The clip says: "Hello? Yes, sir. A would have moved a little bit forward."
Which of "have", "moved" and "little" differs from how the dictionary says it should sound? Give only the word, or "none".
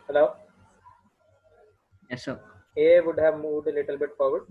moved